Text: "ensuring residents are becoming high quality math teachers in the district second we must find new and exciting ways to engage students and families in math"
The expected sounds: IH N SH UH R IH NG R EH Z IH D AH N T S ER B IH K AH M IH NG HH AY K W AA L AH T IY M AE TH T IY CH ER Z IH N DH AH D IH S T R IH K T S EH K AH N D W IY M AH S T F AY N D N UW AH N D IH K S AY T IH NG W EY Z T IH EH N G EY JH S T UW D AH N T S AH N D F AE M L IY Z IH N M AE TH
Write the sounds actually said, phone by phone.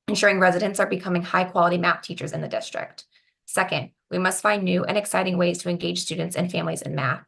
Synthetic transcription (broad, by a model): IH N SH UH R IH NG R EH Z IH D AH N T S ER B IH K AH M IH NG HH AY K W AA L AH T IY M AE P T IY CH ER Z IH N DH AH D IH S T R IH K T S EH K AH N D W IY M AH S T F AY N N UW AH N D IH K S AY T IH NG W EY Z T IH EH N G EY JH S T UW D N T S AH N F AE M L IY Z IH N M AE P